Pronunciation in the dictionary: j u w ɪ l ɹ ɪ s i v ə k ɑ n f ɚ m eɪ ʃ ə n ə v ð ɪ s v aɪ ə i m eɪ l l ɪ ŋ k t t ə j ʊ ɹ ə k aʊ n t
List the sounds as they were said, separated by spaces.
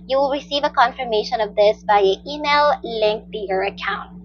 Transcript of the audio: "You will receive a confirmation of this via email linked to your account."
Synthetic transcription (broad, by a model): j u w ɪ l ɹ ɪ s i v ə k ɑ n f ɚ m eɪ ʃ ə n ə v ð ɪ s b aɪ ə i m eɪ l l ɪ ŋ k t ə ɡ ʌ ɹ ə k aʊ n t